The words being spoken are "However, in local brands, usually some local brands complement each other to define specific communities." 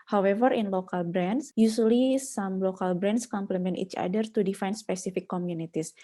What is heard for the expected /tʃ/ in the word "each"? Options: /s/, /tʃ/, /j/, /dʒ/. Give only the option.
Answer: /tʃ/